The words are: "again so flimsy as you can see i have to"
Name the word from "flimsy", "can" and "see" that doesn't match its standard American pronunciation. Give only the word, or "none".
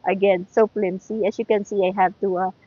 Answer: flimsy